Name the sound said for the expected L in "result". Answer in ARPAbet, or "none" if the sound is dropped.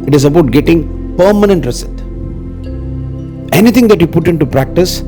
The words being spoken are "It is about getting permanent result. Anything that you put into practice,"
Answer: none